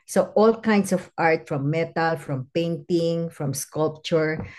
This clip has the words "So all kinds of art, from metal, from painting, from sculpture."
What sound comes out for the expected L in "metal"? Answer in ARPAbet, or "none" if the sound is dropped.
L